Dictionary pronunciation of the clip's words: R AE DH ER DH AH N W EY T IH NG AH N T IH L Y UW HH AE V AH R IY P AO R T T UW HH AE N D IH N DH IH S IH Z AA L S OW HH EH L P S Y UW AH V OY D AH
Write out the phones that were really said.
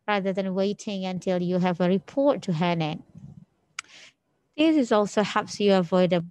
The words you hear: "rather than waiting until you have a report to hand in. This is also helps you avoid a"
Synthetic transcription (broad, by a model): R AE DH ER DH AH N W EY T IH NG AH N T IH L Y UW HH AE V AH R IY P AO R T T UW HH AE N IH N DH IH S IH Z AA L S OW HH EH P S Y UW AH V OY D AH